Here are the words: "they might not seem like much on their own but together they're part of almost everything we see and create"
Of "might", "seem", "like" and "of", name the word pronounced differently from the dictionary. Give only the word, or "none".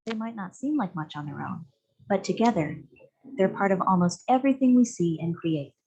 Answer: none